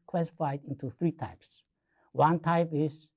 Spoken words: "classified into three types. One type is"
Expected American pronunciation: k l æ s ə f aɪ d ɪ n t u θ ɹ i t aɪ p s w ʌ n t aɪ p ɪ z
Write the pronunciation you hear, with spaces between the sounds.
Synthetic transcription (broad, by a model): k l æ s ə f aɪ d ɪ n t u θ ɹ i t aɪ p s w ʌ n t aɪ p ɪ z